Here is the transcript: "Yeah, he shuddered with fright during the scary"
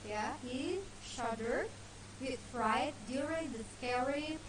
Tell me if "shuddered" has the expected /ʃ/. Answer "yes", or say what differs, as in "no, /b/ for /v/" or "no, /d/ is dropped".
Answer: yes